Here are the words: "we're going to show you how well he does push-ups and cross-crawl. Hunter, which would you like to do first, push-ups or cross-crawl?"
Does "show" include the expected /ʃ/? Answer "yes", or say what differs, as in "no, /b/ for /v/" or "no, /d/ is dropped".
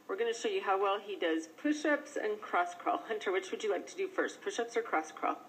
yes